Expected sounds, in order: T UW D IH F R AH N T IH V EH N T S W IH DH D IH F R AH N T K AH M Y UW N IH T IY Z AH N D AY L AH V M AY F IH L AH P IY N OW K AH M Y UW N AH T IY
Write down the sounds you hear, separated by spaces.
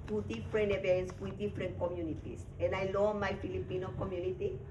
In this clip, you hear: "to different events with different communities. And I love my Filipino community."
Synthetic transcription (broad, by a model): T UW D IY F R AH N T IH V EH N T S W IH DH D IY F R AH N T K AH M Y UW N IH T IY S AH N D AY L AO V M AY F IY L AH P IY N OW K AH M Y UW N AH T IY